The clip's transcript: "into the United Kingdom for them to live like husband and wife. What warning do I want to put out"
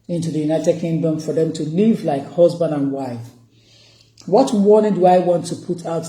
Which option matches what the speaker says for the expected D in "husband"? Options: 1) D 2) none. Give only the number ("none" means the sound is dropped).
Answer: 1